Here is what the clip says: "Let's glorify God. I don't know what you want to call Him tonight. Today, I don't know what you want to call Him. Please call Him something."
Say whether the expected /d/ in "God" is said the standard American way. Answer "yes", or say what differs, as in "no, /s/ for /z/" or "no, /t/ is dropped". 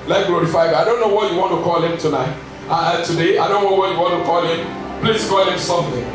no, /d/ is dropped